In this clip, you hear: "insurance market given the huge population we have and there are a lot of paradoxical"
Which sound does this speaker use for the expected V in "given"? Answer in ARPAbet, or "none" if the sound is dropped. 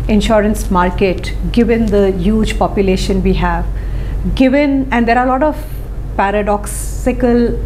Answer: V